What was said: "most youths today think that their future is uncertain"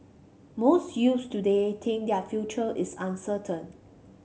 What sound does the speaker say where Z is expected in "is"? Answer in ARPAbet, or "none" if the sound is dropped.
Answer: S